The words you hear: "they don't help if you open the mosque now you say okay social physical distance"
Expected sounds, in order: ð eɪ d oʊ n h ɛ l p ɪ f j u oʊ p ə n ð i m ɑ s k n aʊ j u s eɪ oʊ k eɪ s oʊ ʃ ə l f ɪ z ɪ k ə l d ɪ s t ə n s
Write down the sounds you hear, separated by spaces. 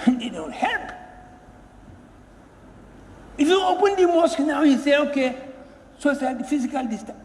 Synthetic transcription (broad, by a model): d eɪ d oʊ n h ɛ l p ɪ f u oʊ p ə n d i m ɑ s k n aʊ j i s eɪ oʊ k eɪ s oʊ s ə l f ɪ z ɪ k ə l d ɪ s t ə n